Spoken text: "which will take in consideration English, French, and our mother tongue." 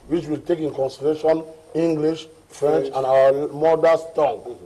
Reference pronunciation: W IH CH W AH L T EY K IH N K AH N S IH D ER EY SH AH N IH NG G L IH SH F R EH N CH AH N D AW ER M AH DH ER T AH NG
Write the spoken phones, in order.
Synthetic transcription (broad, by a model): W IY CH W AH L T EY K IH N K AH N S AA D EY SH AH N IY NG G L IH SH F R EH N CH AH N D AW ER M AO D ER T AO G